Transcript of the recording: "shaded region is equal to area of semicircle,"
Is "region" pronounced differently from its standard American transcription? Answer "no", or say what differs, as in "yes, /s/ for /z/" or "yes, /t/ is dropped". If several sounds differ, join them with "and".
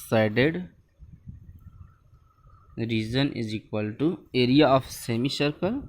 yes, /z/ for /dʒ/